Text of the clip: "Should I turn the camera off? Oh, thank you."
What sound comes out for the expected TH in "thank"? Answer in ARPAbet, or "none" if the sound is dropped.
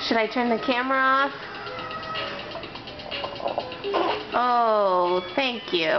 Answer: TH